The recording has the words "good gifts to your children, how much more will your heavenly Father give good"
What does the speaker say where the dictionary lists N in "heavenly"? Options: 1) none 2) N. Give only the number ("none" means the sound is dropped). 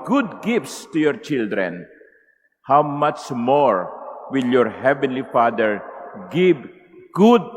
2